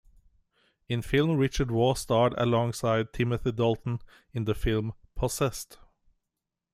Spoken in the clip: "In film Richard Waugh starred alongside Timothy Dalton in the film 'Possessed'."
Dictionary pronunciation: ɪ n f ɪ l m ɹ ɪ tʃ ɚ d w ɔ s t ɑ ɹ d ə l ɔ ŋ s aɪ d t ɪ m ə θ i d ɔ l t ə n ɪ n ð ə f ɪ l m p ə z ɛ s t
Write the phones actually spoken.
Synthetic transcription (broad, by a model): ɪ n f ɪ l m ɹ ɪ tʃ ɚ d w ɔ s t ɑ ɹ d ə l ɔ ŋ s aɪ d t ɪ m ə θ i d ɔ l t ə n ɪ n ð ə f ɪ l m p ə s ɛ s t